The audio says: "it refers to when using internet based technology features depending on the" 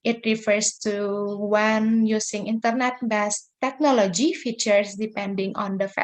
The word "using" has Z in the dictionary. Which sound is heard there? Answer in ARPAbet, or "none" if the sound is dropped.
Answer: S